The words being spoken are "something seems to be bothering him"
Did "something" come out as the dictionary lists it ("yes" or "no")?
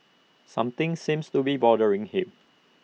no